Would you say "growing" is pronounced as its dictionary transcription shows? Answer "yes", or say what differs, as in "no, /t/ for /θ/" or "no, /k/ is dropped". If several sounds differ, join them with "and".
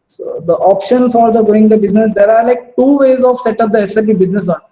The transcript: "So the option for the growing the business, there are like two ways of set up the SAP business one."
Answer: no, /ɹ/ is dropped